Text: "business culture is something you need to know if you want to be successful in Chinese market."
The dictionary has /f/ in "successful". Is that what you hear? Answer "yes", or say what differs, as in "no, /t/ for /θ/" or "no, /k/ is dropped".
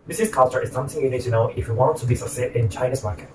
no, /f/ is dropped